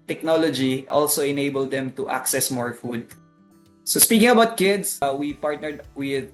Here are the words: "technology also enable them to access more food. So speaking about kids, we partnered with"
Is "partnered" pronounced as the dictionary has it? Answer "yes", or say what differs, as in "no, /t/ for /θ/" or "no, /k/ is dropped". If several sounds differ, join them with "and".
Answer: yes